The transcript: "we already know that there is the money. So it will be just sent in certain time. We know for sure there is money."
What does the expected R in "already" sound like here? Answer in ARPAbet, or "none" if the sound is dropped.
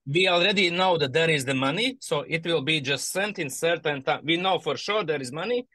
R